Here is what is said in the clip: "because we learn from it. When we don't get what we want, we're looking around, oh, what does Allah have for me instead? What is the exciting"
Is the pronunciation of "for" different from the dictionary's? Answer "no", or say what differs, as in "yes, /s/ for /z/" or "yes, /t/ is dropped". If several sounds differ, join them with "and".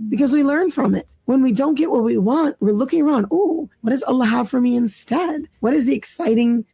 no